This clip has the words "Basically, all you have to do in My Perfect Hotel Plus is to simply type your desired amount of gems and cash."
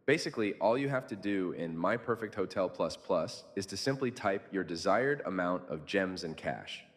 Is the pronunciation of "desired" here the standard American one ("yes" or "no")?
yes